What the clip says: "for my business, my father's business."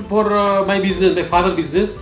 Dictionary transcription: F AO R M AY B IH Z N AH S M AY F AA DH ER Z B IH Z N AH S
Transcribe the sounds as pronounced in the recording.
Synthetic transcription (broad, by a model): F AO R M AY B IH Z N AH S M AY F AA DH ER B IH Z N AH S